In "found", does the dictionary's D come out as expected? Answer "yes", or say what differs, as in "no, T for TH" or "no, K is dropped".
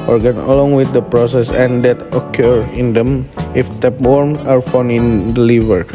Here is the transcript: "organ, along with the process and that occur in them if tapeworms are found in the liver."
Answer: no, D is dropped